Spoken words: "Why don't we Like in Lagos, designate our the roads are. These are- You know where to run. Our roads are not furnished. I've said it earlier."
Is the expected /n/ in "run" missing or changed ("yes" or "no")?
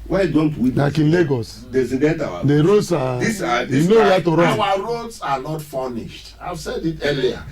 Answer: yes